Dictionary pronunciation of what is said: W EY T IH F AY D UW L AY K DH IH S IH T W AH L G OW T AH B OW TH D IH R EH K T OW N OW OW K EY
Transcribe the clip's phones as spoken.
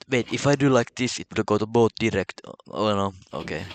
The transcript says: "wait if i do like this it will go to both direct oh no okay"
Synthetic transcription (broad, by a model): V EY T IH F AY D UW L AY K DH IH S IH T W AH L G OW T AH B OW T D IH R EH K T OW N OW OW K EY